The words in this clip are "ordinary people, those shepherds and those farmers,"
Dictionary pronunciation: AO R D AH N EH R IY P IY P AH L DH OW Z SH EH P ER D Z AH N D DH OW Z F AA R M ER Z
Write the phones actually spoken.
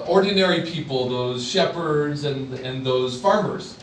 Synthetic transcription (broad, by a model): AO R D N EH R IY P IY P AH L DH OW Z SH EH P ER D Z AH N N DH OW Z F AA R M ER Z